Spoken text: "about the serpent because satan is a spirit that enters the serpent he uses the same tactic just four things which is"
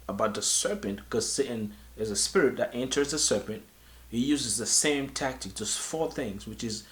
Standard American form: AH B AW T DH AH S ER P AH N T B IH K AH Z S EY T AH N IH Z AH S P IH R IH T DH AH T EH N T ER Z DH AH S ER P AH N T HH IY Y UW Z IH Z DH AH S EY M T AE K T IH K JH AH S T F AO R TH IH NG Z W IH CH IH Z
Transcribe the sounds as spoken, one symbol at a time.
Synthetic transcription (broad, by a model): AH B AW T DH AH S ER P AH N T K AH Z S EY T AH N IH Z AH S P IH R IH T DH AH T EH N T ER Z DH AH S ER P AH N T HH IY Y UW Z IH Z DH AH S EY M T AE K T IH K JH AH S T F AO R TH IH NG Z W IH CH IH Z